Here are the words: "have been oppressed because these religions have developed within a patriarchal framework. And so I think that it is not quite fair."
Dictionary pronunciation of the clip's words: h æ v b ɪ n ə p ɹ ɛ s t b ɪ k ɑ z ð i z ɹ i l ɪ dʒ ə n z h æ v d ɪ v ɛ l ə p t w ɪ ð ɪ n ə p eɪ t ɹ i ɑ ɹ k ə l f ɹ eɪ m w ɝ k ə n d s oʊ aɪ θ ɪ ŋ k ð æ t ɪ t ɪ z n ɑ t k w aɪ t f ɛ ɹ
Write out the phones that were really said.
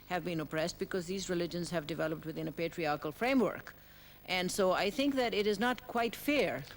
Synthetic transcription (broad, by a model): h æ v b ɪ n ə p ɹ ɛ s t b ɪ k ɑ z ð i z ɹ i l ɪ dʒ ə n z h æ v d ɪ v ɛ l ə p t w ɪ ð ɪ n ə p eɪ t ɹ i ɑ ɹ k ə l f ɹ eɪ m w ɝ k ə n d s oʊ aɪ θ ɪ ŋ k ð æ t ɪ t ɪ z n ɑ t k w aɪ t f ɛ ɹ